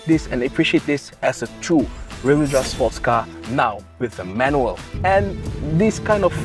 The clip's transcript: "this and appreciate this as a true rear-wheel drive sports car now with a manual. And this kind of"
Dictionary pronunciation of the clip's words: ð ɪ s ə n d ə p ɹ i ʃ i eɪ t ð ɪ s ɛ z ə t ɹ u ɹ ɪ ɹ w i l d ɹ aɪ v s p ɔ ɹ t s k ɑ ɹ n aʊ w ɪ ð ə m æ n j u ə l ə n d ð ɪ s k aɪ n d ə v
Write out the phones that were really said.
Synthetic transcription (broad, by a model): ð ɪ s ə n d ə p ɹ i ʃ i eɪ t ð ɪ s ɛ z ə t ɹ u ɹ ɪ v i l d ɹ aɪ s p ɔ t s k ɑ n aʊ w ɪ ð ə m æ n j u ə l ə n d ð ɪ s k aɪ n d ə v